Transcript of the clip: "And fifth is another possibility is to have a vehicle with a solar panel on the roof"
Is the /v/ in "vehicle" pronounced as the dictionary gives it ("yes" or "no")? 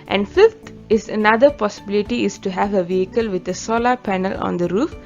yes